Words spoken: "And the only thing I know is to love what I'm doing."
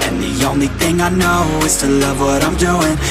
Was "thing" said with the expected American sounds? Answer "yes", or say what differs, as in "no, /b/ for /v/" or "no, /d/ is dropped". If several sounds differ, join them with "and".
yes